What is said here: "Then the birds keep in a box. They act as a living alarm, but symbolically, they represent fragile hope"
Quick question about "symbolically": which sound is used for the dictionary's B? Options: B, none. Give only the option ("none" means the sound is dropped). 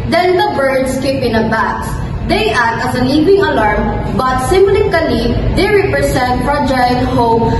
none